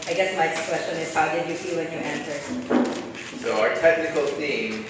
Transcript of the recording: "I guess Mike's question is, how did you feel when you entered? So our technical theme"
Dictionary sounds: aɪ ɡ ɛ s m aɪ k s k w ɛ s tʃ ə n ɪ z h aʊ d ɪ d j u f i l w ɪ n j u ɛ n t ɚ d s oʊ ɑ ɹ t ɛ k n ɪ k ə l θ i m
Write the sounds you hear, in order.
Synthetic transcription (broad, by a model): aɪ ɡ ɛ s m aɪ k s k w ɛ s tʃ ə n ɪ z h aʊ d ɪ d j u f i l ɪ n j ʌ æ n s ɚ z s oʊ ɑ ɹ t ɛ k n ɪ k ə l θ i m